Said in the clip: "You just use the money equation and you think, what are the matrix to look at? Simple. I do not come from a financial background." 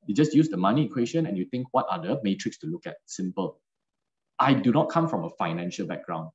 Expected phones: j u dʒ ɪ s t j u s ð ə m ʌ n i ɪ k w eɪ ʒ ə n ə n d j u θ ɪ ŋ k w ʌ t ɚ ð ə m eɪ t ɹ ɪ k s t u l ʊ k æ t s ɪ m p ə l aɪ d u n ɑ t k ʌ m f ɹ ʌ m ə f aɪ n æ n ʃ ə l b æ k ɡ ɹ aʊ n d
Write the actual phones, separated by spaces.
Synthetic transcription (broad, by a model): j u dʒ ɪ s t j u s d ə m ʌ n i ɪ k w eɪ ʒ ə n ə n j u t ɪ ŋ k w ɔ t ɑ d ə m eɪ t ɹ ɪ k s t u l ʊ k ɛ t s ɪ m p ə l aɪ d u n ɑ t k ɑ m f ɹ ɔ m ə f aɪ n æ n ʃ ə l b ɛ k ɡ ɹ aʊ n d